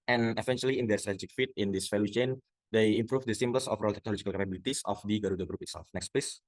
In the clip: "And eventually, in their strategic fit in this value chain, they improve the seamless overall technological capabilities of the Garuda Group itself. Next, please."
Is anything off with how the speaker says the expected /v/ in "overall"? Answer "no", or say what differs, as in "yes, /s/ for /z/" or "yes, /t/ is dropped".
yes, /f/ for /v/